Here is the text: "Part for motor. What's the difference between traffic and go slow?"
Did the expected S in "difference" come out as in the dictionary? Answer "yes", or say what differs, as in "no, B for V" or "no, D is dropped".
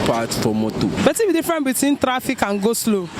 no, S is dropped